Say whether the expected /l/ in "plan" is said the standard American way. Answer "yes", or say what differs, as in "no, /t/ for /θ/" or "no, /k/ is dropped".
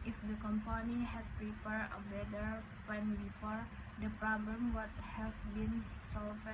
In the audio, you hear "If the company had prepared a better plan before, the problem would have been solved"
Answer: no, /l/ is dropped